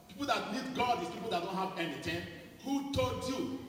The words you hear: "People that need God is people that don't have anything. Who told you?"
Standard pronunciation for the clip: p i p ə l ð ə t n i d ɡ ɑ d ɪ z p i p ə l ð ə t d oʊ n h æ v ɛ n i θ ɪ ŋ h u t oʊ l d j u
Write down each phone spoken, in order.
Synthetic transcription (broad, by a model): p i p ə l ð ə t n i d ɡ ɑ d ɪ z p i p ə l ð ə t d oʊ n h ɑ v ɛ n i t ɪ h u t oʊ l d j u